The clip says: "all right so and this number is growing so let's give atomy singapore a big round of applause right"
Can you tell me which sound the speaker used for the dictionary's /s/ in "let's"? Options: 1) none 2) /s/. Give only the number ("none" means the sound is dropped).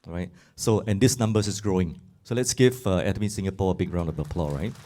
2